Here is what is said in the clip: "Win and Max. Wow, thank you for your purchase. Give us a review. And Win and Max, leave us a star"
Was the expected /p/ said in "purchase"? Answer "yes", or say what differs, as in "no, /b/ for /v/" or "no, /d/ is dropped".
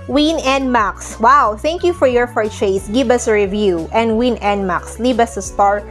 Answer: no, /f/ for /p/